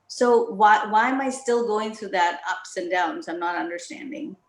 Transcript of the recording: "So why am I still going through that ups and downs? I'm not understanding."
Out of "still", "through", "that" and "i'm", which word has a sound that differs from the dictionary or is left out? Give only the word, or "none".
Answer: none